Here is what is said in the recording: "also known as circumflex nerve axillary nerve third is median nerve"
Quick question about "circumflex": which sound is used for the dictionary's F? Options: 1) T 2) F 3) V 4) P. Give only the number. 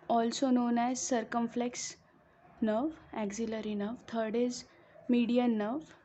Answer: 2